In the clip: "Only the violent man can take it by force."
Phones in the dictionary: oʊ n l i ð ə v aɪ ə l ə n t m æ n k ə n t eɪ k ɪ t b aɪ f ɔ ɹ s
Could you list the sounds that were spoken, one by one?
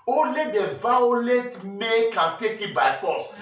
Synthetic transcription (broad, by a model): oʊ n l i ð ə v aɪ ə l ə t m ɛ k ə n t eɪ k ɪ t b aɪ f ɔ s